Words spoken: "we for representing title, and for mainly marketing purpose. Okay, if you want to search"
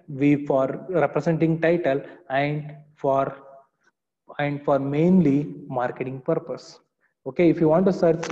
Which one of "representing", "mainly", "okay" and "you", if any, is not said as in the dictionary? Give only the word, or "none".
representing